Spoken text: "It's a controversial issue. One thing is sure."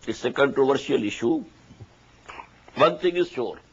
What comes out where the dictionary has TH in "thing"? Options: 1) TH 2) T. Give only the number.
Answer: 2